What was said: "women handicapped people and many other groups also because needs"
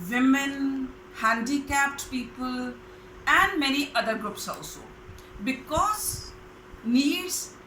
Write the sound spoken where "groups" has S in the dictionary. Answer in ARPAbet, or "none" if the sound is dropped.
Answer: S